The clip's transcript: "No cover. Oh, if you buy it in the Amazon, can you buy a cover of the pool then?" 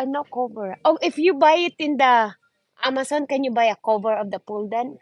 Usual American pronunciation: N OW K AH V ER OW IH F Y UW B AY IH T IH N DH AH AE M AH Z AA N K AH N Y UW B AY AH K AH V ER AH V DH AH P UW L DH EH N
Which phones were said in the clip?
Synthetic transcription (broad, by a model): N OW K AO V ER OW IH F Y UW B AY IH T IH N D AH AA M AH S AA N K AH N Y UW B AY AH K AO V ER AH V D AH P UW L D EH N